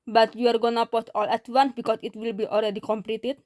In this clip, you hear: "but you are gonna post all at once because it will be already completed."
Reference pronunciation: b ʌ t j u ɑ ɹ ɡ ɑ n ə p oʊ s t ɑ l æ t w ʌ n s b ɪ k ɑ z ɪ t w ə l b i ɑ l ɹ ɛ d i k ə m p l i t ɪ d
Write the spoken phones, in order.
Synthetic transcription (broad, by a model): b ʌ t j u ɑ ɹ ɡ ɑ n ə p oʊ t ɑ l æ t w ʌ n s b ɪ k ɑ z ɪ t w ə l b i ɑ l ɹ ɛ d i k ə m p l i t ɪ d